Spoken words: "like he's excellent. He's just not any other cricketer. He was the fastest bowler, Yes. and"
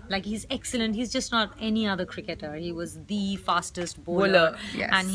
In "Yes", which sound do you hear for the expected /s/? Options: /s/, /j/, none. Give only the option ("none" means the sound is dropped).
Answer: none